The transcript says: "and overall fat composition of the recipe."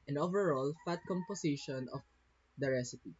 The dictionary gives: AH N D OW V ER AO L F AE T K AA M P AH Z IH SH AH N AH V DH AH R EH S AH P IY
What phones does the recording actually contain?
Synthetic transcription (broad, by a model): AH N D OW V ER AO L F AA T K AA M P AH S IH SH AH N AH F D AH R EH S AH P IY